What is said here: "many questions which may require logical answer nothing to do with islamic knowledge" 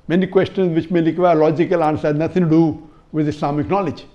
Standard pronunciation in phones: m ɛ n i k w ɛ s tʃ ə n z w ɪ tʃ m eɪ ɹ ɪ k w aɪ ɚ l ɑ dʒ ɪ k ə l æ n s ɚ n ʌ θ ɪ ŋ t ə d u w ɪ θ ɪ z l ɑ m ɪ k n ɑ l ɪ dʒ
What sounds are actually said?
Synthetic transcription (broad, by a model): m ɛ n i k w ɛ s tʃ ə n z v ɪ tʃ m eɪ l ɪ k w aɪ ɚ l ɑ dʒ ɪ k ə l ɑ n s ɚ n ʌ t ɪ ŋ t d u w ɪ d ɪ s l ɑ m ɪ k n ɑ l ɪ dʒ